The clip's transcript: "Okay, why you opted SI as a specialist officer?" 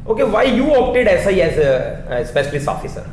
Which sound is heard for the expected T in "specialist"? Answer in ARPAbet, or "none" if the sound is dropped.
none